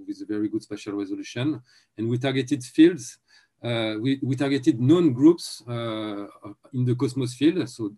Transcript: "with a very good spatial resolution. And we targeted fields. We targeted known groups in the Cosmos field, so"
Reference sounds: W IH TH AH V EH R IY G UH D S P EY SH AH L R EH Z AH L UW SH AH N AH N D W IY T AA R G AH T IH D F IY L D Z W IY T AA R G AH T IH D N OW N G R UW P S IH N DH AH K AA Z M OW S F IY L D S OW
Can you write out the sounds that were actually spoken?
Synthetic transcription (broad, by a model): W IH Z AH V EH R IY G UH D S P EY SH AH L R EH Z AH L UW SH AH N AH N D W IY T AA R G AH T IH D F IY L D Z W IY T AA R G AH T IH D N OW N G R UW P S IH N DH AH K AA S M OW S F IY L D S OW